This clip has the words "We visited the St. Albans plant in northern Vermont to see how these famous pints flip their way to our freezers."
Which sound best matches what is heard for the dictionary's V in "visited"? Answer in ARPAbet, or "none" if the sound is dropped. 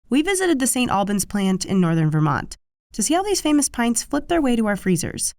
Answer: V